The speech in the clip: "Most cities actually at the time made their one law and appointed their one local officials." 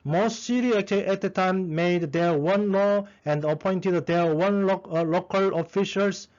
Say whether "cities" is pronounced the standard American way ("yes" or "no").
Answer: no